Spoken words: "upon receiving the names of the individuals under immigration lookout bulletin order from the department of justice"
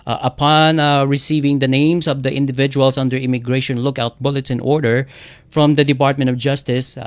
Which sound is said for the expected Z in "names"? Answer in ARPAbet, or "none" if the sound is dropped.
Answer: S